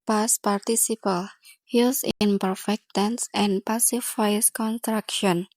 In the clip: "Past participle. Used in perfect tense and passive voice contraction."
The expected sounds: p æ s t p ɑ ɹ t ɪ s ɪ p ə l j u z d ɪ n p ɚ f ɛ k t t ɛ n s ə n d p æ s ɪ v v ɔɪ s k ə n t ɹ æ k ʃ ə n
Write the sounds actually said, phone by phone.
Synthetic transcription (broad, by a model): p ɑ s p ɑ ɹ t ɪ s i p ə l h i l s ɪ n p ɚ f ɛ k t t ɛ n s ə n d p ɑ s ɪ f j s k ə n t ɹ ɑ k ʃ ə n